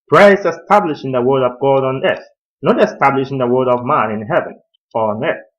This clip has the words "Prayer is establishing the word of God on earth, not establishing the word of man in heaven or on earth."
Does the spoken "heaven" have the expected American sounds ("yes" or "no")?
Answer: yes